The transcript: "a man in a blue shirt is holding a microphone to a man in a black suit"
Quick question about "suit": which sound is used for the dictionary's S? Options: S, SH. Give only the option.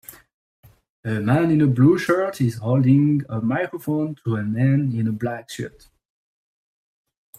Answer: SH